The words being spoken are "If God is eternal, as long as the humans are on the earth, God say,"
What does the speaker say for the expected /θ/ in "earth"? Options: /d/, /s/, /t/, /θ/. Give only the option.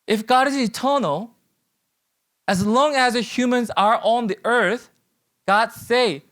/θ/